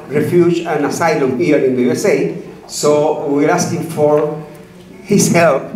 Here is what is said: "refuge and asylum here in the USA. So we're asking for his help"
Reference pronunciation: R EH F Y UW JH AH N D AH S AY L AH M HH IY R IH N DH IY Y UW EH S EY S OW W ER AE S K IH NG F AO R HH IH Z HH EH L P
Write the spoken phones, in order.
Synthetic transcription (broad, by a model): R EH F Y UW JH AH N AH S AY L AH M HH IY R IH N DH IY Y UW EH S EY S OW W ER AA S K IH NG F AO R HH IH S HH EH L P